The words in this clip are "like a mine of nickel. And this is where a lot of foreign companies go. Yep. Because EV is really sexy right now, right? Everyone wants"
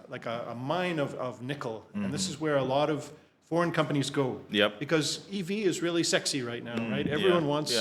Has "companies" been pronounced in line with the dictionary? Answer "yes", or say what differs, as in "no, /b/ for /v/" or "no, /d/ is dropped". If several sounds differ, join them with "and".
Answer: yes